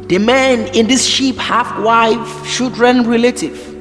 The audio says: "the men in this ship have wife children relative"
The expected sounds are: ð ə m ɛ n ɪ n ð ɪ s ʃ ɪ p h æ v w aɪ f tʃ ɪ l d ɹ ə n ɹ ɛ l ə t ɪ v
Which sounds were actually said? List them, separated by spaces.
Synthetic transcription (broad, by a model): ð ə m ɛ n ɪ n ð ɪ s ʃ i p h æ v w aɪ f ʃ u d ɹ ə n ɹ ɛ l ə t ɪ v